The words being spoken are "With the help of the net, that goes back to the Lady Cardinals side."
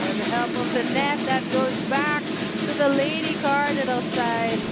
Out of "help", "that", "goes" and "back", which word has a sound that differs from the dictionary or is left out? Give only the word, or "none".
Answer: none